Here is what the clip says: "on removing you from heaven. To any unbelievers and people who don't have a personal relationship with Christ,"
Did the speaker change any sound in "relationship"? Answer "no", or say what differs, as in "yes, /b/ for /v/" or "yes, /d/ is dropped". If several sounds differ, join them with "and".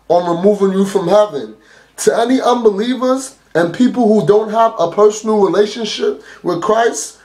no